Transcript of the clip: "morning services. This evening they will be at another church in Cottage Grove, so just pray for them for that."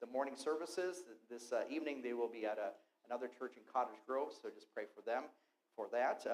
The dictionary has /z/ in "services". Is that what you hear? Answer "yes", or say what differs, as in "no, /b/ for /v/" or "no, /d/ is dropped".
yes